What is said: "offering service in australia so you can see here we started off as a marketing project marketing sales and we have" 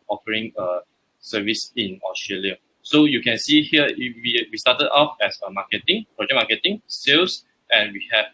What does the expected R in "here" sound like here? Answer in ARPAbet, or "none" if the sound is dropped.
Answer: W